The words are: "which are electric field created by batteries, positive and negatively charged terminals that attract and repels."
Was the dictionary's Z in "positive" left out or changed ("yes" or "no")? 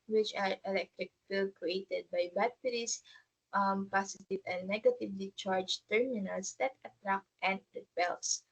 yes